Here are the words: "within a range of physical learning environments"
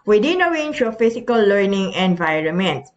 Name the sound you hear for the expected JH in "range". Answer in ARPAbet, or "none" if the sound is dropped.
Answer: SH